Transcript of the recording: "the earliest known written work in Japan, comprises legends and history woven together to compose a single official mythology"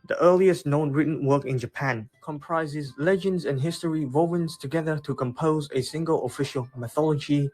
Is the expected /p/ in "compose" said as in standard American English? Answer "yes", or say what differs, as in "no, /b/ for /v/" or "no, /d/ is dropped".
yes